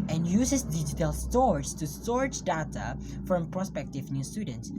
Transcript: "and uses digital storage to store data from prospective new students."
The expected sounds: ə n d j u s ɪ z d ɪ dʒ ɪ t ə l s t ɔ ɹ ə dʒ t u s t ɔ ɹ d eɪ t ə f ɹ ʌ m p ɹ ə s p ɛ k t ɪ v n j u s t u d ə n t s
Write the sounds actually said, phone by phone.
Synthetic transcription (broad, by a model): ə n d j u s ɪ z d ɪ dʒ ɪ t ə l s t ɔ ɹ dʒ t u s t ɔ ɹ d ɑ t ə f ɹ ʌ m p ɹ ə s p ɛ k t ɪ v n j u s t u d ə n t s